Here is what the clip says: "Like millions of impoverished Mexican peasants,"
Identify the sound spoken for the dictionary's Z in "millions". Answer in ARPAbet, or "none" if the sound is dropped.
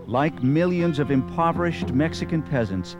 Z